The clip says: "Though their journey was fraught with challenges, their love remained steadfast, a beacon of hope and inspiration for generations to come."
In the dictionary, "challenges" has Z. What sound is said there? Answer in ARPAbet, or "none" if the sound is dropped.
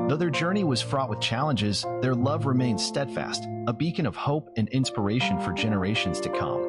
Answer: Z